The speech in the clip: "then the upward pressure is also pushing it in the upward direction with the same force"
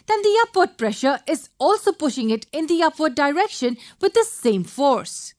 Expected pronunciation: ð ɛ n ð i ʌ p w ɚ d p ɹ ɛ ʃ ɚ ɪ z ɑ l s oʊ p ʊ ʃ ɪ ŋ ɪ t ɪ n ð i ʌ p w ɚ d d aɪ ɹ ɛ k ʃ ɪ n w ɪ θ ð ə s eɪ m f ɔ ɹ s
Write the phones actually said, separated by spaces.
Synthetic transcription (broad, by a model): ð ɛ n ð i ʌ p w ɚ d p ɹ ɛ ʃ ɚ ɪ z ɑ l s oʊ p ʊ ʃ ɪ ŋ ɪ t ɪ n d i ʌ p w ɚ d d aɪ ɹ ɛ k ʃ ɪ n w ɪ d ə s eɪ m f ɔ ɹ s